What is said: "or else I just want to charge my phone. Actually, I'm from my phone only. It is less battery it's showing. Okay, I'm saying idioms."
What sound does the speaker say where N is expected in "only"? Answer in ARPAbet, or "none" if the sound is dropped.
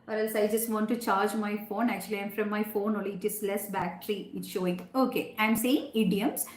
none